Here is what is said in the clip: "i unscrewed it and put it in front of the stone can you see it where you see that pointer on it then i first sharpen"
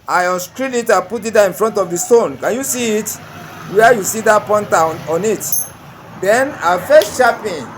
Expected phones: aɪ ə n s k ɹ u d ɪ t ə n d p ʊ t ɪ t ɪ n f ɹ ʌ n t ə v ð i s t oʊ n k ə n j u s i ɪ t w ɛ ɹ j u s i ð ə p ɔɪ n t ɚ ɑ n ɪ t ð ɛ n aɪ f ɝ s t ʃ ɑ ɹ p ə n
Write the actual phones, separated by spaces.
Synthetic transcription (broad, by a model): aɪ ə s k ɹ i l ɪ t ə p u t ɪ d ɪ n f ɹ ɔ n t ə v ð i s t oʊ n k ə n j u s i ɪ t w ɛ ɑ j u s i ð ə p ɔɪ n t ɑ ɑ n ɪ t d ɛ n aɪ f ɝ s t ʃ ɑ p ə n